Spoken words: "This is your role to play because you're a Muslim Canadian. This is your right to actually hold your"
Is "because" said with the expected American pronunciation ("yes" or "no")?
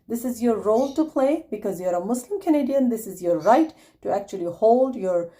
yes